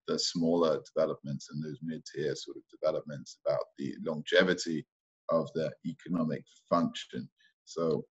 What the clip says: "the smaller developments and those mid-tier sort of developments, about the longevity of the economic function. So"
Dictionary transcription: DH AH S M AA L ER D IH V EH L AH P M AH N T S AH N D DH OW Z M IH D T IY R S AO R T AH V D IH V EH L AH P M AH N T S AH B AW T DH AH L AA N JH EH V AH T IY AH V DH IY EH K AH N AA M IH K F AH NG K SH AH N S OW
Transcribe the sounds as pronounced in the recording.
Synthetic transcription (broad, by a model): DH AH S M AA L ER D IH V EH L AH P M AH N T S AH N DH OW Z M IH D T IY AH S AO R T AH V D IH V EH L AH P M AH N T S AH B AW T DH AH L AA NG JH EH V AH T IY AH V DH IY EH K AH N AA M IH K F AH NG K SH AH N S OW